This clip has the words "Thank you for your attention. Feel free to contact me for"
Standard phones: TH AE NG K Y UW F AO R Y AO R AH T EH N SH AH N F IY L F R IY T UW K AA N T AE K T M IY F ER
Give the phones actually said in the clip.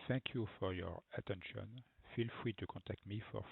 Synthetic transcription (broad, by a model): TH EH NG K Y UW F AO R Y AO R AH T EH N SH AH N F IY L F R IY T UW K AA T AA K T M IY F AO